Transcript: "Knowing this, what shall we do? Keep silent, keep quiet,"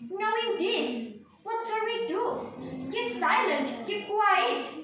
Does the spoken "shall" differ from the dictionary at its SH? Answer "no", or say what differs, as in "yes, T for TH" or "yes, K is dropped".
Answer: yes, S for SH